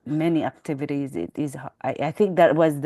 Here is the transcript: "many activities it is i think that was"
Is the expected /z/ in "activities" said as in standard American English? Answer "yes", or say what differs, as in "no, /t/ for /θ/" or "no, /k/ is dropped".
yes